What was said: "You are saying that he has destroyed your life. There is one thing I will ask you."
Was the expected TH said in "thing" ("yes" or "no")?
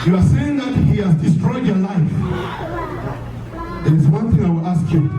yes